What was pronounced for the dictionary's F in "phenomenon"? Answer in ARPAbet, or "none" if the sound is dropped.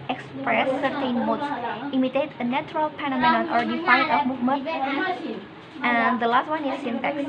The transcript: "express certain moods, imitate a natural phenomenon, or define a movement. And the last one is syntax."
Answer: P